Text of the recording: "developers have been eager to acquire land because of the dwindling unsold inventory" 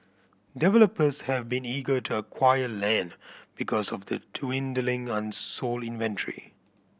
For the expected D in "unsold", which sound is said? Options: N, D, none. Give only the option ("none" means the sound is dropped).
none